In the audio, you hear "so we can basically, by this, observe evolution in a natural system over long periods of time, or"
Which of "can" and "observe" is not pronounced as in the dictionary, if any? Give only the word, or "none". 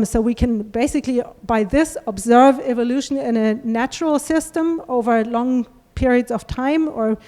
none